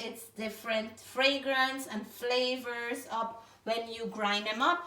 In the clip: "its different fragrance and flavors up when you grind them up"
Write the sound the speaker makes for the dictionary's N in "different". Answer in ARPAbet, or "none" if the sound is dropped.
N